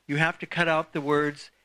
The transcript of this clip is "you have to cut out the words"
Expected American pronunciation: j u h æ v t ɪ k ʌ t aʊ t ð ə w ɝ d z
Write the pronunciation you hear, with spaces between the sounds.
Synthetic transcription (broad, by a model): j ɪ h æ f t ɪ k ʌ t aʊ t ð ə w ɝ d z